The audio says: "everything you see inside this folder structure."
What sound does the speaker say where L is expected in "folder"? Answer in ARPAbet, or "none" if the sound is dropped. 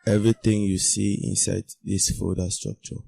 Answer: none